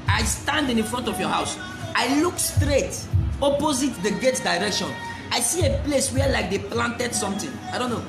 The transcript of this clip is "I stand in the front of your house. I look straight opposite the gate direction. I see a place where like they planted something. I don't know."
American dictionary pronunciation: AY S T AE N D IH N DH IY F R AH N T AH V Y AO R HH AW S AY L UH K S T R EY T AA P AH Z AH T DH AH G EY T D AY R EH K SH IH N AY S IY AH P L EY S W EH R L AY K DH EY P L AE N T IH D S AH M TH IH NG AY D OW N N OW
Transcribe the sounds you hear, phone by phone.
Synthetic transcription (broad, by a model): AY S T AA N D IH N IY F R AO N T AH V Y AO HH AW S AY L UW K S T R EY T AA P AH Z AH T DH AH G EY T D AY R EH K SH IH N AY S IY AH P L EY S W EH L AY K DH EY P L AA N T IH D S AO M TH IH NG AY D OW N N OW